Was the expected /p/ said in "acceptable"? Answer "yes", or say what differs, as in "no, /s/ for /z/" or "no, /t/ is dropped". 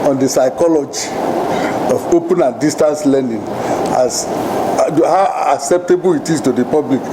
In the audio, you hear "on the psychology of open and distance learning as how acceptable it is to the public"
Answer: yes